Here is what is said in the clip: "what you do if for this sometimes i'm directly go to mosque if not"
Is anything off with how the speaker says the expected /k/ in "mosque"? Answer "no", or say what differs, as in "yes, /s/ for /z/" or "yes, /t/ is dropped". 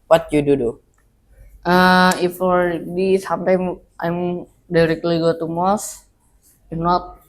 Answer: yes, /k/ is dropped